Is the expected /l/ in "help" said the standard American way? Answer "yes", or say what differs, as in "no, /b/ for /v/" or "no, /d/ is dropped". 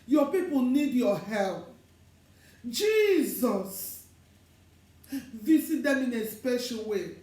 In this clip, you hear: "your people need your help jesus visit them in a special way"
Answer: yes